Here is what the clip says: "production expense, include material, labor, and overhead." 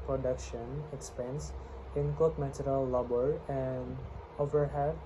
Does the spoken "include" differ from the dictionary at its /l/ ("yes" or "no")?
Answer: yes